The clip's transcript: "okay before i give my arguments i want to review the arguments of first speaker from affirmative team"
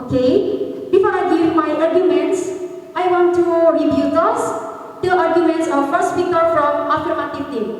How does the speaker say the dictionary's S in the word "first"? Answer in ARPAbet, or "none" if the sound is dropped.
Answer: S